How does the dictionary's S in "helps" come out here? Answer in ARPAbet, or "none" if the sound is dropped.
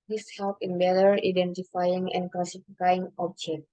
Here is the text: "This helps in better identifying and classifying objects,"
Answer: none